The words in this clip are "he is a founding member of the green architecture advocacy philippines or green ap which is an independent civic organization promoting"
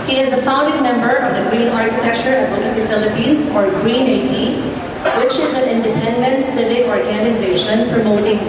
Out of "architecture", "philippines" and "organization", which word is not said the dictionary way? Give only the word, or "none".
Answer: none